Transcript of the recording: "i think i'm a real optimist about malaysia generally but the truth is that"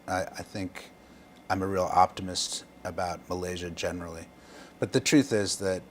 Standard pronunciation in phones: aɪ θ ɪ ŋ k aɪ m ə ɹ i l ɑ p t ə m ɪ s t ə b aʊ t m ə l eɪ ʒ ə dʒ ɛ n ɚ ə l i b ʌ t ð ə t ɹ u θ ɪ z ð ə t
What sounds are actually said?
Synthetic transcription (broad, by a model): aɪ θ ɪ ŋ k aɪ m ə ɹ i l ɑ p t ə m ɪ s t ə b aʊ t m ə l eɪ ʒ ə dʒ ɛ n ɚ l i b ʌ t ð ə t ɹ u θ ɪ z ð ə t